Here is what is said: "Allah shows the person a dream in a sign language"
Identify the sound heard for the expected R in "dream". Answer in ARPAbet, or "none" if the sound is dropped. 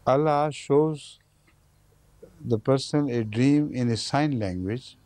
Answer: R